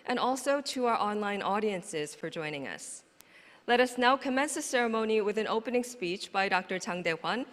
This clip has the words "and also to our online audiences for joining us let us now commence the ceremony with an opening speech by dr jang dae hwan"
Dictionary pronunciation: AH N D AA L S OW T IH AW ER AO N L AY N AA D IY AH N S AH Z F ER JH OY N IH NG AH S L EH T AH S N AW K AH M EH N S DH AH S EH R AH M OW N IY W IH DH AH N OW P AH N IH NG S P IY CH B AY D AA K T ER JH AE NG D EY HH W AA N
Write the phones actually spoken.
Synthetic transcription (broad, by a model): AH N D AA L S OW T IH AW ER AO N L AY N AA D IY AH N S AH Z F ER JH OY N IH NG AH S L EH T AH S N AW K AH M EH N S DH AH S EH R AH M OW N IY W IH DH AH N OW P AH N IH NG S P IY CH B AY D AA K T ER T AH NG D EY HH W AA N